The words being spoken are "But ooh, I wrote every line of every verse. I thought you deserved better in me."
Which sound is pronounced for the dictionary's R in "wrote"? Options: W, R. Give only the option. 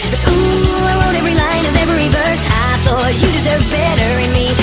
W